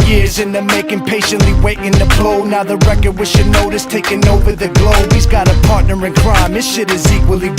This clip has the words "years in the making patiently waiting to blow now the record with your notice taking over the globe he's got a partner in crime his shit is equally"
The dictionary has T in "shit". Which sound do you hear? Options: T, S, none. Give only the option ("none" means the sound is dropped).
T